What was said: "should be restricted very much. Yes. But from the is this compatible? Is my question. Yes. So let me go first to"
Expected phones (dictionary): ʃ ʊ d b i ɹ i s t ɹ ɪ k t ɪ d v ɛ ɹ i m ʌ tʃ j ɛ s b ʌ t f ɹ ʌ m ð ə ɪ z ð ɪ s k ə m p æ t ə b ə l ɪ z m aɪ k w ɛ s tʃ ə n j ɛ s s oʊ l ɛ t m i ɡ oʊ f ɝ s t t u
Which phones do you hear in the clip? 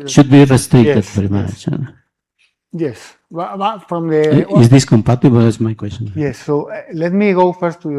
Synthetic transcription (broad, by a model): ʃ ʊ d b i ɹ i s t ɹ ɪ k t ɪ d v ɛ ɹ i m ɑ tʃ j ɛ s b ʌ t f ɹ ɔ m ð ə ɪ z ð ɪ s k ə m p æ t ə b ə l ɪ s m aɪ k w ɛ s tʃ ə n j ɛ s s oʊ l ɛ t m i ɡ oʊ f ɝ s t t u